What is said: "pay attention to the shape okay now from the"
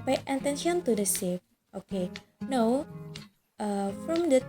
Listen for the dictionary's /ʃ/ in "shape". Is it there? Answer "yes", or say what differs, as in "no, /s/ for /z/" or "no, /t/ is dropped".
no, /s/ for /ʃ/